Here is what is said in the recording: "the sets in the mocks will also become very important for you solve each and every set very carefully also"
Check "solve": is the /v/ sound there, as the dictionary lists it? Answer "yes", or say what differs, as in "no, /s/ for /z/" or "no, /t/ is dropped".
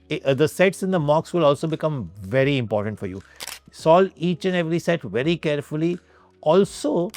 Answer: no, /v/ is dropped